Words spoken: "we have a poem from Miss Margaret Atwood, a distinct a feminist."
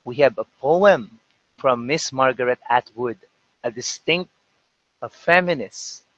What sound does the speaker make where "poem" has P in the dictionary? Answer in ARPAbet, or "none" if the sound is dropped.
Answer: P